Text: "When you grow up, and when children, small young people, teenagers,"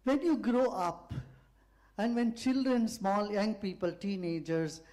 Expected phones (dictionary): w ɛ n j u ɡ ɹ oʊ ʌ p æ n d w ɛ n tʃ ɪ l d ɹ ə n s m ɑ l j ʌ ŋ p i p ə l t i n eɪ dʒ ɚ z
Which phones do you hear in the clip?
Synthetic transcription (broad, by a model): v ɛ n j u ɡ ɹ oʊ ʌ p æ n d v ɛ n tʃ ɪ l d ɹ ə n s m ɑ l j ʌ ŋ p i p ə l t i n eɪ dʒ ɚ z